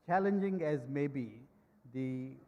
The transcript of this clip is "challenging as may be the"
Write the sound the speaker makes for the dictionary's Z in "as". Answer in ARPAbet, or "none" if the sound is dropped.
Z